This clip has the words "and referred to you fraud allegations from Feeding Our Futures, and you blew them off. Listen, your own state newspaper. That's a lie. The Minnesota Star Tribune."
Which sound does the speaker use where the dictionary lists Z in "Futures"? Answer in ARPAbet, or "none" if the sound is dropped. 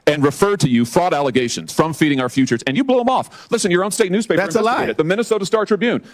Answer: Z